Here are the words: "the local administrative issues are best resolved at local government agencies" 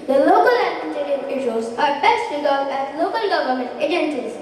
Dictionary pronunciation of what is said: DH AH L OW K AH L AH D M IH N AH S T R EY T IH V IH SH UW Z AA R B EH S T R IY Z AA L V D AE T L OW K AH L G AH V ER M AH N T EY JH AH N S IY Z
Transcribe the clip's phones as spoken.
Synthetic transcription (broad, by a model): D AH L OW K AH L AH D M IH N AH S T EY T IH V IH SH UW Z AA R B EH S T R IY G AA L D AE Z L OW K AH L G AH V ER M AH N T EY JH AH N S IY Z